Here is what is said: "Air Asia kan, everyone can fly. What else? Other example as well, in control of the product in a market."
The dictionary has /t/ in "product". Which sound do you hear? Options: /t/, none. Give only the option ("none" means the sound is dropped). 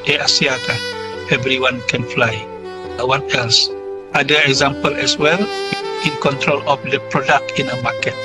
/t/